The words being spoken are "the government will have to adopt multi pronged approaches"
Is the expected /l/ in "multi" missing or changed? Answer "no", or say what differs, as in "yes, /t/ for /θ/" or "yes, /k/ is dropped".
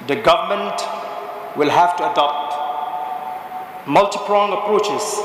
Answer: no